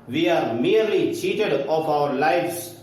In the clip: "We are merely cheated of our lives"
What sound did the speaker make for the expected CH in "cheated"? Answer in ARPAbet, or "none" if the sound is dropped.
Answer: CH